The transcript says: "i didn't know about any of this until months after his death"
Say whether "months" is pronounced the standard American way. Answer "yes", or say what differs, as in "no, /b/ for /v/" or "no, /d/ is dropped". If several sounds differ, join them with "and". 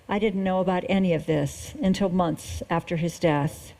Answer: yes